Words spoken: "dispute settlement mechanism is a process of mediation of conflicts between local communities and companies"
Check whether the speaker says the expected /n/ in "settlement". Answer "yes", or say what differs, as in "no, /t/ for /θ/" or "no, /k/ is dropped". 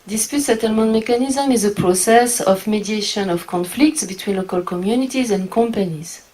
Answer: yes